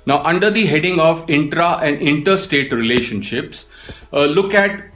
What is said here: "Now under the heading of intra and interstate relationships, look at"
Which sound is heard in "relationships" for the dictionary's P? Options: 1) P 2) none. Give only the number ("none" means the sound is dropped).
1